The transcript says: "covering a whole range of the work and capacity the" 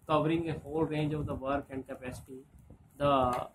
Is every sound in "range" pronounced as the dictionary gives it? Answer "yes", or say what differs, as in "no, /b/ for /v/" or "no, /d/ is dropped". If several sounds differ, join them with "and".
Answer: yes